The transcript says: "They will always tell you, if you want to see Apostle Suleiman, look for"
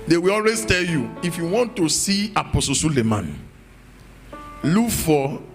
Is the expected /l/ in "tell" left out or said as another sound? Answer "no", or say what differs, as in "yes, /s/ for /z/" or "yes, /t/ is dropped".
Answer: no